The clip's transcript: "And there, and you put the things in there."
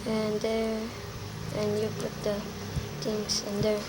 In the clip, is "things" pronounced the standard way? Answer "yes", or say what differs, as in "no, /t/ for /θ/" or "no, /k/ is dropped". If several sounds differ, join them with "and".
no, /t/ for /θ/